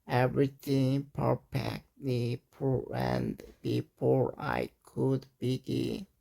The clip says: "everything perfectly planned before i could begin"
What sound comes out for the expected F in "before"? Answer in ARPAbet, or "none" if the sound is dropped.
P